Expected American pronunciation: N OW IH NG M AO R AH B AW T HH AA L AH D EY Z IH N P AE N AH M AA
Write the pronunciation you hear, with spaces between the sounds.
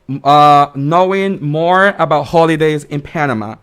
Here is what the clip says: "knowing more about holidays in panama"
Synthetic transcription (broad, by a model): N OW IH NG M AO R AH B AW T HH AA L AH D EY Z IH N P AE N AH M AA